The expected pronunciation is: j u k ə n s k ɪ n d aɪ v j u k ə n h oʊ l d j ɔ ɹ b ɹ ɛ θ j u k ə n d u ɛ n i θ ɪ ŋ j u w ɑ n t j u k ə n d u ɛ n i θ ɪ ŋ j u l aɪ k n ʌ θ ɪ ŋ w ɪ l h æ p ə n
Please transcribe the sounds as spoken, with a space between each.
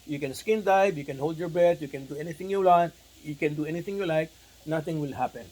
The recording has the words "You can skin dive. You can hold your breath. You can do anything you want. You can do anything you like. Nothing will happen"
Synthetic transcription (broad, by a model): j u k ə n s k ɪ n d aɪ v j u k ə n h oʊ l d j ɔ ɹ b ɛ t j u k ə n d u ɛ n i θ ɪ ŋ j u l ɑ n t j u k ə n d u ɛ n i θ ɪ ŋ j u l aɪ k n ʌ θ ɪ ŋ w ɪ l h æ p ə n